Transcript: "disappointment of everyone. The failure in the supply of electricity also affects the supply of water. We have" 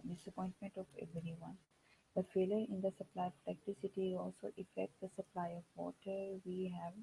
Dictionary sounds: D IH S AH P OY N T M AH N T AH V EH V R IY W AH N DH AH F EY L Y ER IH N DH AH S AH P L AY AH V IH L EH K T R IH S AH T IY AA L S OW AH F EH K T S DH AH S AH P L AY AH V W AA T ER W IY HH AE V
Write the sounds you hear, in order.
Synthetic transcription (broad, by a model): D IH S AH P OY N T M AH N T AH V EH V R IY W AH N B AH F EY L Y ER IH N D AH S AH P L AY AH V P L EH K T IH S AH T IY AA L S OW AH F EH K T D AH S AH P L AY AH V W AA T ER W IY HH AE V